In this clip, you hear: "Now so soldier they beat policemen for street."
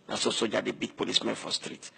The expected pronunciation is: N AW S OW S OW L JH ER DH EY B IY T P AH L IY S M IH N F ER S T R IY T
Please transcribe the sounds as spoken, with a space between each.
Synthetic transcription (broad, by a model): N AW S OW S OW JH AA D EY B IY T P AH L IY S M IH N F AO S T R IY T